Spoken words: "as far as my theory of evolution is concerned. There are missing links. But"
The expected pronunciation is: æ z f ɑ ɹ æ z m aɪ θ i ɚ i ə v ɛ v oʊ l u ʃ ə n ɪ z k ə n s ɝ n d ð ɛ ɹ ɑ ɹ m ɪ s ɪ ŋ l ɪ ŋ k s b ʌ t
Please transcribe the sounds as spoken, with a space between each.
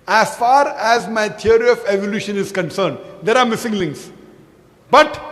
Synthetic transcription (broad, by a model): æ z f ɑ ɹ æ z m aɪ t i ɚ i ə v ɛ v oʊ l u ʃ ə n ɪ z k ə n s ɝ n d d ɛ ɹ ɑ ɹ m ɪ s ɪ ŋ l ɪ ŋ s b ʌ t